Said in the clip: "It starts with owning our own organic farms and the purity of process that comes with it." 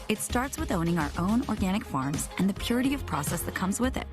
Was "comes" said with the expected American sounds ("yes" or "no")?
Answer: yes